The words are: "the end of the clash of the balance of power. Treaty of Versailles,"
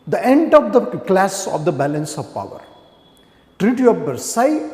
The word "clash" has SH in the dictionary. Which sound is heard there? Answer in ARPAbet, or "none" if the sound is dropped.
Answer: S